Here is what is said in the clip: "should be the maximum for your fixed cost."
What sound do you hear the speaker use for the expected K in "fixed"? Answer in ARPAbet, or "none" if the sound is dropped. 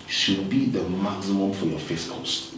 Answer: none